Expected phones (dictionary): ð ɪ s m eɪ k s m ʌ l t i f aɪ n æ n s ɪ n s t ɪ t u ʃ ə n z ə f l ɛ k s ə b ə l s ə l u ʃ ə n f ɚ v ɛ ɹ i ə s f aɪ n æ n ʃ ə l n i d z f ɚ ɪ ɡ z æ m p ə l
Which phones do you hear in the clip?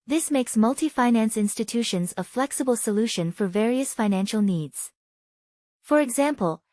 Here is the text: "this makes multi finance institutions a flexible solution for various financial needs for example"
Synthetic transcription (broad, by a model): ð ɪ s m eɪ k s m ʌ l t i f aɪ n æ n s ɪ n s t ɪ t u ʃ ə n z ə f l ɛ k s ə b ə l s ə l u ʃ ə n f ɚ v ɛ ɹ i ə s f aɪ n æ n ʃ l n i d z f ɚ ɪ ɡ z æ m p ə l